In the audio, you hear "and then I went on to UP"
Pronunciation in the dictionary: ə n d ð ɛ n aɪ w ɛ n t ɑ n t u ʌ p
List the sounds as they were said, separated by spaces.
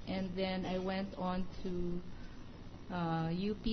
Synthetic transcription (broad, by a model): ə n ð ɛ n aɪ w ɛ n t ɑ n t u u p